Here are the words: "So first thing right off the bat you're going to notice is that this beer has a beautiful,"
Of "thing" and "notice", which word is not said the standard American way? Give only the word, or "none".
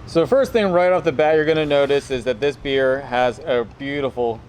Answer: none